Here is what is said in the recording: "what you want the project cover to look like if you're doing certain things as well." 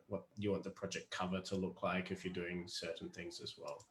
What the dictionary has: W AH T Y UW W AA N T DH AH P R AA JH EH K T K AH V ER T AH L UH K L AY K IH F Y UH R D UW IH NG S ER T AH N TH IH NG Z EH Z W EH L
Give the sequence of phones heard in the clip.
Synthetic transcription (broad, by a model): W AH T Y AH W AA N DH AH P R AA JH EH K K AH V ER T AH L UH K L AY K IH F Y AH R D UW IH NG S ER T N TH IH NG Z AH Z W EH L